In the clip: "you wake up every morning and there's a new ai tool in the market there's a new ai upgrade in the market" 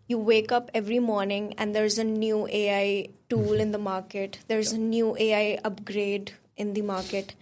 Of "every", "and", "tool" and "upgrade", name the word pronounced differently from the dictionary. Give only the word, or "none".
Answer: none